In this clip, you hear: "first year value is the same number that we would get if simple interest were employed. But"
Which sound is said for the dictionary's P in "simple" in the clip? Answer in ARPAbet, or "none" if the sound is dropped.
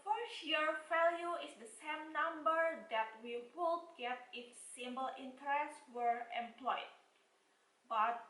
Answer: B